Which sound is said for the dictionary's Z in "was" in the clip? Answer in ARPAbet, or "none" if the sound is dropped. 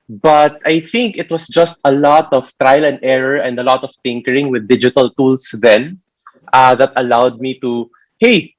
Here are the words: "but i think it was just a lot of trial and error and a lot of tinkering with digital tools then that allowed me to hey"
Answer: S